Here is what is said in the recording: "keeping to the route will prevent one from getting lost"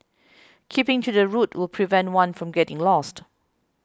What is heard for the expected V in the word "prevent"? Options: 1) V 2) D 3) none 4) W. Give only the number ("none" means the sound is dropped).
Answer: 1